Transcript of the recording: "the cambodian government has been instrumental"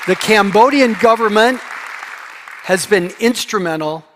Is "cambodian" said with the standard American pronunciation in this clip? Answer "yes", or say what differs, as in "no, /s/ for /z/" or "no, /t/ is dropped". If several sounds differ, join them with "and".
yes